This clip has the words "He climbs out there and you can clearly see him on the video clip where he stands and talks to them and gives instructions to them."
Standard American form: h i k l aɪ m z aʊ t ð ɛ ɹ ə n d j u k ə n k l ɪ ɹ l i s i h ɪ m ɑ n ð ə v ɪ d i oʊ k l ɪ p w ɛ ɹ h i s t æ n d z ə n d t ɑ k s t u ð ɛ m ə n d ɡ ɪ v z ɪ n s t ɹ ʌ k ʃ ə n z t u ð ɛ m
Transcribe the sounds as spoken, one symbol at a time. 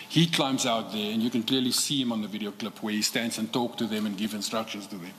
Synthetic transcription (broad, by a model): h i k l aɪ m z aʊ t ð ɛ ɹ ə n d j u k ə n k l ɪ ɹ l i s i h ɪ m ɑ n ð ə v ɪ d i oʊ k l ɪ p w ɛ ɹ h i s t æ n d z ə n t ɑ k t u ð ɛ m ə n ɡ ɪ v ɪ n s t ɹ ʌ k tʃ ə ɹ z t u ð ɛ m